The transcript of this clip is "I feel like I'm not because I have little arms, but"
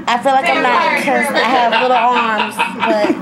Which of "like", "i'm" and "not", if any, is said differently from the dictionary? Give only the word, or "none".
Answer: not